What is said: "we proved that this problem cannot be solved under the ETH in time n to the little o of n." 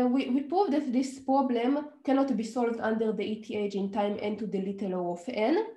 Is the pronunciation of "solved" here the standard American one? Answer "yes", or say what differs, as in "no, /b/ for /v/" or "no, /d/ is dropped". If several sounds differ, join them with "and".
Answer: yes